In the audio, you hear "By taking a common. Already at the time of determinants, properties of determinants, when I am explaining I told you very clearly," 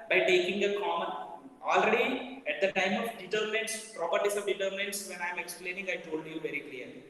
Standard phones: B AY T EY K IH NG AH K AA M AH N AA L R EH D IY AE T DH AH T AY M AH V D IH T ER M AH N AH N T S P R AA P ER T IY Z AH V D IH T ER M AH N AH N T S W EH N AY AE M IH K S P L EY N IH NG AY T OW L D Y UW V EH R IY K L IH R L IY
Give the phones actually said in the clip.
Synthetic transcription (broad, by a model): B AY T EY K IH NG AH K AA M AH N AA L R EH D IY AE T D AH T AY M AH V D IH T ER M AH N AH N T S P R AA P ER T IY S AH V D IH T ER M AH N AH N T S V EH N AY M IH K S P L EY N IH NG AY T OW L D Y UW V EH R IY K L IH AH L IY